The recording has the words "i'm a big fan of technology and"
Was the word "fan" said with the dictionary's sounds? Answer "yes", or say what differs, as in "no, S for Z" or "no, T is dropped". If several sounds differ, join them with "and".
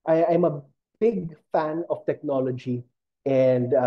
yes